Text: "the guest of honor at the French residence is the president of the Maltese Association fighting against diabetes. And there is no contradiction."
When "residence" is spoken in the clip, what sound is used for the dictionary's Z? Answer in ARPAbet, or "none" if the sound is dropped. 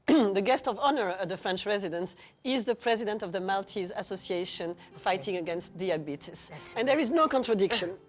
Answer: Z